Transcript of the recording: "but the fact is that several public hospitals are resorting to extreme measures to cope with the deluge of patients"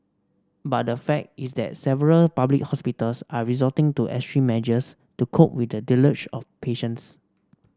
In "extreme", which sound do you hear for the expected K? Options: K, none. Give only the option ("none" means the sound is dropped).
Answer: none